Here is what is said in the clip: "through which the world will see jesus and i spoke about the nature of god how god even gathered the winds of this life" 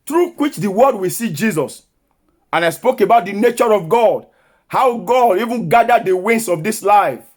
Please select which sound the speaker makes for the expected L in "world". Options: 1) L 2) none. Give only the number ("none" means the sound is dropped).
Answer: 2